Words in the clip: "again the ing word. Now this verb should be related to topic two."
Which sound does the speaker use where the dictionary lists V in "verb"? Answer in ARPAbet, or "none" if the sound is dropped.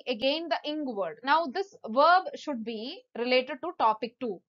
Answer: V